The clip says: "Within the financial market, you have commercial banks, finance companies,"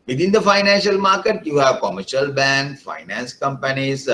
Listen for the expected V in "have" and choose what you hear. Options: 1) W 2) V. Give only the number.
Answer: 2